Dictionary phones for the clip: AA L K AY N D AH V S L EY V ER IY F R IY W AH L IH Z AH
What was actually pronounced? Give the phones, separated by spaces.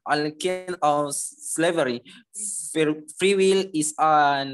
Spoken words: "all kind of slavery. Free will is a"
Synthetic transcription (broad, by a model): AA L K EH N AH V S L EY V ER IY F R IY W AH L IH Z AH